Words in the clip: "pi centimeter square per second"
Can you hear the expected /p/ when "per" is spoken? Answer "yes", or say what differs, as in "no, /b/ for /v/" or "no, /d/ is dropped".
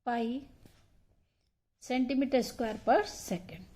yes